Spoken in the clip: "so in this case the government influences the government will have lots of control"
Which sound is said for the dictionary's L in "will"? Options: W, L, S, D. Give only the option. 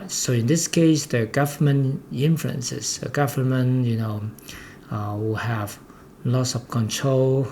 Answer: W